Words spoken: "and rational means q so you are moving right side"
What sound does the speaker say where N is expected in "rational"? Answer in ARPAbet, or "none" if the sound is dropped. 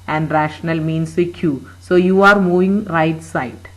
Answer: N